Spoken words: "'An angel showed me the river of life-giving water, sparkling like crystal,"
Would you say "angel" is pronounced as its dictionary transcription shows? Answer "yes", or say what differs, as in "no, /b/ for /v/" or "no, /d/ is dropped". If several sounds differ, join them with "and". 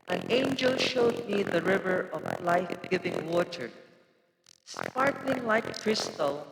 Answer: yes